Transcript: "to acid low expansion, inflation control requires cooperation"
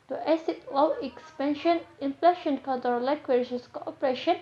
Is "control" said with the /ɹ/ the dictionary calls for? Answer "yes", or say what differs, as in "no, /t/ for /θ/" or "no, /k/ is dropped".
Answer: no, /ɹ/ is dropped